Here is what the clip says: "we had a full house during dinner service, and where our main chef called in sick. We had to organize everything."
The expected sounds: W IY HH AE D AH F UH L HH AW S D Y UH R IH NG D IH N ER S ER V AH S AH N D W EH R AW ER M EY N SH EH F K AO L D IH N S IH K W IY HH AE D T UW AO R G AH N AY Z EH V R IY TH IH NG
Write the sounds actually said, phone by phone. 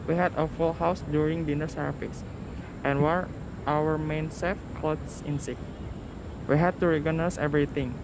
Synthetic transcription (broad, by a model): W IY HH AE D AH F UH L HH AW S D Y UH R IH NG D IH N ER S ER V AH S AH N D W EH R AW ER M EY N S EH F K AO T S IH N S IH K W IY HH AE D T UW R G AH N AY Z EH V R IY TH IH NG